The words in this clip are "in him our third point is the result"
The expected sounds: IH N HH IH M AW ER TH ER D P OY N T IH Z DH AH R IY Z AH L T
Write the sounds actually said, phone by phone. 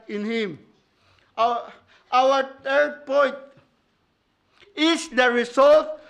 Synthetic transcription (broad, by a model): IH N HH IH M AW ER T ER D P OY N T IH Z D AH R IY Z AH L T